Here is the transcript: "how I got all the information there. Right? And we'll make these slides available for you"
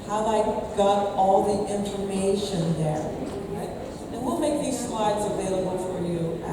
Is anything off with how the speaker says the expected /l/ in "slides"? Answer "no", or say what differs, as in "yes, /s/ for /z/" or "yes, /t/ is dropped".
no